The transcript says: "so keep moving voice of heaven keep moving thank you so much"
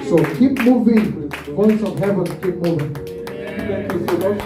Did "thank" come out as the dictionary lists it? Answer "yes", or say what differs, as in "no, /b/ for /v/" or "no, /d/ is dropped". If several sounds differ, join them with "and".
no, /ŋ/ is dropped